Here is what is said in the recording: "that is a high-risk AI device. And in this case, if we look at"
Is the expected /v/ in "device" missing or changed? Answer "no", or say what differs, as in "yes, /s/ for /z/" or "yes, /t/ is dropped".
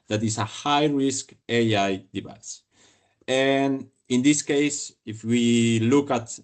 yes, /b/ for /v/